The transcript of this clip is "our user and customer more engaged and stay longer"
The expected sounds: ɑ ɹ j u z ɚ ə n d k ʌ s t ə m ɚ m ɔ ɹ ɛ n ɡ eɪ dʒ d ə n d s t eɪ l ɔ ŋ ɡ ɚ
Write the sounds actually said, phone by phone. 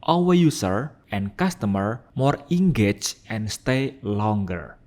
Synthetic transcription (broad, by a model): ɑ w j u s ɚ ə n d k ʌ s t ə m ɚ m ɔ ɹ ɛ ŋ ɡ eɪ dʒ ə n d s t eɪ l ɔ ŋ ɡ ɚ